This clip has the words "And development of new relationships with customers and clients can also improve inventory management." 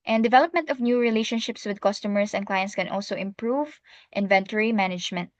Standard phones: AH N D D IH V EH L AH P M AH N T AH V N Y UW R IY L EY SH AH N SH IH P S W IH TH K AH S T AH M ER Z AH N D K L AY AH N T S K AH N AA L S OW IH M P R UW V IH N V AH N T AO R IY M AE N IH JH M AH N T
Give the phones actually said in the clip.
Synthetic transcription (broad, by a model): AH N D D IH V EH L AH P M AH N T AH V N Y UW R IY L EY SH AH N SH IH P S W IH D K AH S T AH M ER S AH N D K L AY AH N T S K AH N AA L S OW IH M P R UW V IH N V AH N T AO R IY M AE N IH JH M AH N T